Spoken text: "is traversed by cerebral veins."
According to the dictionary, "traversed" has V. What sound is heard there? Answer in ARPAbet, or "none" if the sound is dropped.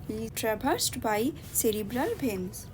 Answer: B